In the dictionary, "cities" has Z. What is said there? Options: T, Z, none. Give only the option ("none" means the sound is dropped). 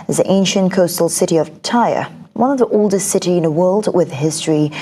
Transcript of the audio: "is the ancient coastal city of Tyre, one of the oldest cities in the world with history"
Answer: none